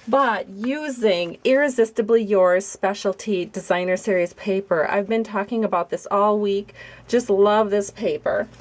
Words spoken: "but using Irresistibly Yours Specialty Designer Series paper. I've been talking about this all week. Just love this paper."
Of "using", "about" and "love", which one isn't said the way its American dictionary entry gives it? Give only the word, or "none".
none